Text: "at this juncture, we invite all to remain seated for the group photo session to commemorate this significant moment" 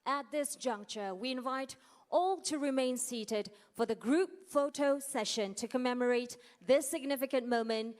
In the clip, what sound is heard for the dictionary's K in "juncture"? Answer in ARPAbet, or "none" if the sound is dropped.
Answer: K